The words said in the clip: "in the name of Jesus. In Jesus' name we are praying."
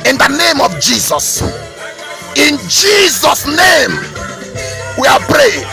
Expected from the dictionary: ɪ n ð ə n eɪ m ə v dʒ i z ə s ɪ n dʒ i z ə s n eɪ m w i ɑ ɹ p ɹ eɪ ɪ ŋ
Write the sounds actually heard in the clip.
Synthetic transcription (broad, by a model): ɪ n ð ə n eɪ m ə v dʒ i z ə s ɪ n dʒ i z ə s n eɪ m w i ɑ l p ɹ eɪ